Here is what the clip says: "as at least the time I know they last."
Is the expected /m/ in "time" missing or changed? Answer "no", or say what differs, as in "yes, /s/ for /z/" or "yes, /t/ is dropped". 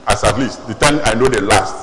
yes, /m/ is dropped